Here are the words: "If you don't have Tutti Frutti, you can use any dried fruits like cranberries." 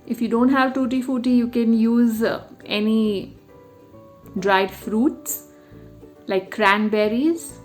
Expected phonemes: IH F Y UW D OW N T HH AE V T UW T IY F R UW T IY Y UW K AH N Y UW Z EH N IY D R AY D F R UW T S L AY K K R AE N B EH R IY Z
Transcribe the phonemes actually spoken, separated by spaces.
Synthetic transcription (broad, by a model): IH F Y UW D OW N T HH AE V T UW T IY F UW T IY Y UW K AH N Y UW Z EH N IY D R AY D F R UW T S L AY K K R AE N B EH R IY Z